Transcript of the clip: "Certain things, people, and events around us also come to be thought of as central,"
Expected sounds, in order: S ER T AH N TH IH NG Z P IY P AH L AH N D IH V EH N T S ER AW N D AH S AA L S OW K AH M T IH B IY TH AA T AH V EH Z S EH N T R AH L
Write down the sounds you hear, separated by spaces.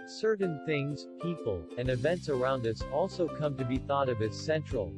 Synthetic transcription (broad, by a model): S ER T N TH IH NG Z P IY P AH L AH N IH V EH N T S ER AW N D AH S AA L S OW K AH M T IH B IY TH AA T AH V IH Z S EH N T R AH L